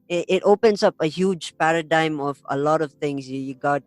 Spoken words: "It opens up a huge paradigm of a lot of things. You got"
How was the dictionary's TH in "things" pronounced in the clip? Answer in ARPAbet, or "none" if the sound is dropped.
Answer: T